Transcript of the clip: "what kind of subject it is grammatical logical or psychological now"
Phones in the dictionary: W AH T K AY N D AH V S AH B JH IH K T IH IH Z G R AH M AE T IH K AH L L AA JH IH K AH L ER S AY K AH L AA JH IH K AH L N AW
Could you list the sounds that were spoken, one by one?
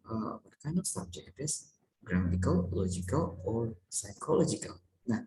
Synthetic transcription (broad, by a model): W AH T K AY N AH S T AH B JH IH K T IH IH S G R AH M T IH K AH L L AA JH IH K AH L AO S AY K AH L AA JH IH K AH L N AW